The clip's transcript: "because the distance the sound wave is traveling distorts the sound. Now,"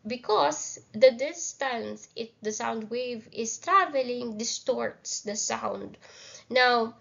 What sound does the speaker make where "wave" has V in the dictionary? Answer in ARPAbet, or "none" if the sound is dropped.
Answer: V